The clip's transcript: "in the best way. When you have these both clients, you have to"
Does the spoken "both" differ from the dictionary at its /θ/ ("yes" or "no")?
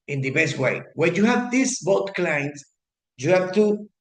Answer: yes